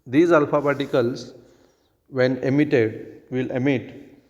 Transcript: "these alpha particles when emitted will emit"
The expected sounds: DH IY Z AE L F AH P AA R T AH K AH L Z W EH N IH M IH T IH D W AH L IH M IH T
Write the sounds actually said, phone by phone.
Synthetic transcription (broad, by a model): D IY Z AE L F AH B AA T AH K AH L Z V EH N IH M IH T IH D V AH L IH M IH T